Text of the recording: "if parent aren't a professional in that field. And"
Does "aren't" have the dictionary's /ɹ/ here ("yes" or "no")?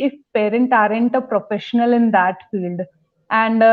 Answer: yes